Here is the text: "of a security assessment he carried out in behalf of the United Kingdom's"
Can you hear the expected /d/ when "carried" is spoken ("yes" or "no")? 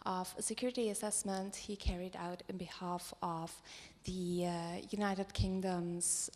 yes